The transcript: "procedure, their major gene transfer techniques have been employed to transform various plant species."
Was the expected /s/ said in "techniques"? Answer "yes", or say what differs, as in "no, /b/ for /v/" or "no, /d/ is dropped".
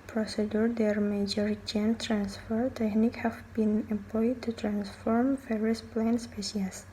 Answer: no, /s/ is dropped